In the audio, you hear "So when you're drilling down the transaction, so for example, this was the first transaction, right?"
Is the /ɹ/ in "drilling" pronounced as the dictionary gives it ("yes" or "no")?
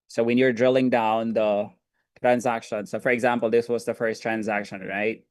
yes